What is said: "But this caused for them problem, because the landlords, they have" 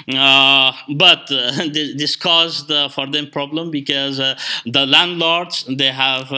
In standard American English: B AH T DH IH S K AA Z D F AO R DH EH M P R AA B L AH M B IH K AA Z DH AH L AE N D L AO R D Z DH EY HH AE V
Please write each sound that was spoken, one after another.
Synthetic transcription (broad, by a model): B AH T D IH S K AA Z D F AO R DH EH M P R AA B L AH M B IH K AA Z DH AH L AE N D L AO R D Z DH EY HH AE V